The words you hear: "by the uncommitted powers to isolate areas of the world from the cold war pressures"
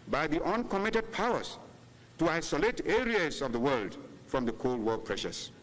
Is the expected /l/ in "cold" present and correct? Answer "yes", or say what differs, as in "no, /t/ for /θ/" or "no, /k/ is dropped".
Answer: yes